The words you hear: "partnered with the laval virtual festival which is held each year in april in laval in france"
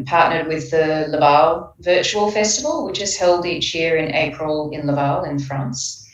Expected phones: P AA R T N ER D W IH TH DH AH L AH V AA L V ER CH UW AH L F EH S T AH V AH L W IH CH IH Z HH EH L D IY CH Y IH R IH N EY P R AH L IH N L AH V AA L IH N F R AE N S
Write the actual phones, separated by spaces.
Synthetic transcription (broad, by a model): P AA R T N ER D W IH DH AH L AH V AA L V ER CH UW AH L F EH S T AH V AH L W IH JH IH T HH EH L D IY CH Y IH R IH N EY P R AH L IH N L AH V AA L IH N F R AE N S